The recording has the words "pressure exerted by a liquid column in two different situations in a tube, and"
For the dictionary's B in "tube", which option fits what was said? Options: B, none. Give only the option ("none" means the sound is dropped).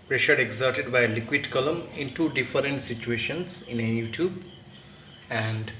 B